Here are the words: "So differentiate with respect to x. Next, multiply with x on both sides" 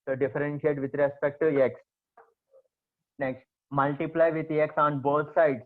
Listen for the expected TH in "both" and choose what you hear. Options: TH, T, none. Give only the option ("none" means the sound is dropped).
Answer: T